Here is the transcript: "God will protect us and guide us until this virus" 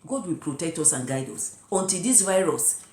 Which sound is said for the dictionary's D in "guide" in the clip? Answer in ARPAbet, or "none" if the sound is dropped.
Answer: D